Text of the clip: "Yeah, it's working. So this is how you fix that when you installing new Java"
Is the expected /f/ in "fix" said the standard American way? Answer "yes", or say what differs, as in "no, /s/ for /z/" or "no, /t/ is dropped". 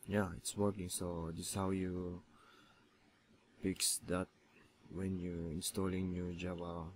no, /p/ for /f/